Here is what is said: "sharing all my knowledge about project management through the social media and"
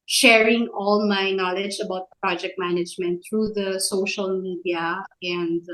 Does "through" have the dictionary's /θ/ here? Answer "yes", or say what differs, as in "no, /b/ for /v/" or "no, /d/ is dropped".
no, /t/ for /θ/